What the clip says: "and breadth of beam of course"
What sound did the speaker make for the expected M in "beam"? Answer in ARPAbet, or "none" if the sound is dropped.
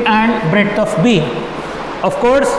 none